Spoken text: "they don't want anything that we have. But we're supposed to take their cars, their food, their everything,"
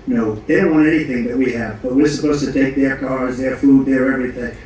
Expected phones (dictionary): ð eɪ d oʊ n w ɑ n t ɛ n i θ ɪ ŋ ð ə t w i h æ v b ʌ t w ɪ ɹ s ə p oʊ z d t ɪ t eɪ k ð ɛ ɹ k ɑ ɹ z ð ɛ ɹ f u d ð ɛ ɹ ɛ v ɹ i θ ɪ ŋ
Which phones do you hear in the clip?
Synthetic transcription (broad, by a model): ð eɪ d oʊ n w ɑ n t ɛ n i θ ɪ ŋ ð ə t w i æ v b ʌ t w ɪ ɹ s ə p oʊ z t ɪ t eɪ k ð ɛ ɹ k ɑ ɹ z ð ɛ ɹ f u d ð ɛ ɹ ɛ v ɹ i θ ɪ ŋ